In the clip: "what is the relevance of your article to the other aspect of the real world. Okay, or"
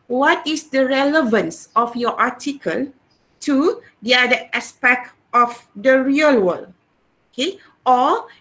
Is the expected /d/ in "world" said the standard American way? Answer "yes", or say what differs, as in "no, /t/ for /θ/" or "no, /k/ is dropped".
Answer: no, /d/ is dropped